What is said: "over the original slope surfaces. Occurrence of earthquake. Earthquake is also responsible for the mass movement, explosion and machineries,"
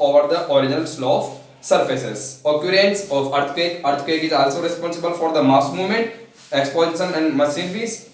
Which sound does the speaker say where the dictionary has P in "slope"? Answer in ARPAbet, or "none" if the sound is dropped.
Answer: F